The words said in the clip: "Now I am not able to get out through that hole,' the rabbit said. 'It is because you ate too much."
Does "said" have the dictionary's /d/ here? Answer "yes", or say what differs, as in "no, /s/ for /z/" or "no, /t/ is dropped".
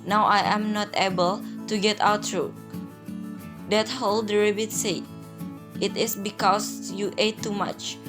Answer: no, /d/ is dropped